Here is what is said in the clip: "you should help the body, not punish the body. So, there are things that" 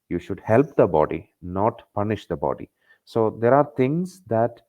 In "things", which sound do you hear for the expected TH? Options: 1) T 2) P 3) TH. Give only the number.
1